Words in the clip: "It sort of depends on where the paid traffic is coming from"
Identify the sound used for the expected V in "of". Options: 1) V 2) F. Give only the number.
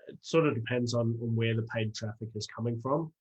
1